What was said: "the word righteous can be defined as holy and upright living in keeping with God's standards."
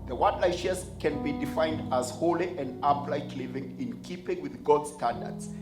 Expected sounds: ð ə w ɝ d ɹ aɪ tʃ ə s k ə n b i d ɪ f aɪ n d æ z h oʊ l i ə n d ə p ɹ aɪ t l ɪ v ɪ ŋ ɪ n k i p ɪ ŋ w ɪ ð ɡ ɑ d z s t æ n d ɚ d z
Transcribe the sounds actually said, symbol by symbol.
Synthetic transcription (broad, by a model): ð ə w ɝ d l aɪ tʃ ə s k ə n b i d ɪ f aɪ n d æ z h oʊ l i ə n d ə p l aɪ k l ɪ v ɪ ŋ ɪ n k i p ɪ ŋ w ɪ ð ɡ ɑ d s t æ n d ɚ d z